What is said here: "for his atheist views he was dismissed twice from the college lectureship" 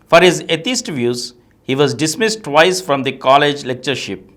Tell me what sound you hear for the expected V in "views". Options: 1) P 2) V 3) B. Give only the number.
2